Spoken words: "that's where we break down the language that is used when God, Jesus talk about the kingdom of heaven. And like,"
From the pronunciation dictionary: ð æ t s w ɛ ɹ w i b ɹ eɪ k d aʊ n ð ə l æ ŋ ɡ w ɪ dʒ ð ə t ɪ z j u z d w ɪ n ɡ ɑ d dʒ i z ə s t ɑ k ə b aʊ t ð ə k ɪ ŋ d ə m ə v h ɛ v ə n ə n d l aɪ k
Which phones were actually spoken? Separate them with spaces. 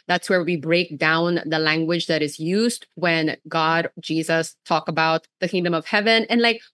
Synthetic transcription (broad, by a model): ð æ t s w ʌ ɹ w i b ɹ eɪ k d aʊ n ð ə l æ ŋ ɡ w ɪ dʒ ð ə t ɪ z j u z d w ɪ n ɡ ɑ d dʒ i z ə s t ɑ k ə b aʊ t ð ə k ɪ ŋ d ə m ə v h ɛ v ə n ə n l aɪ k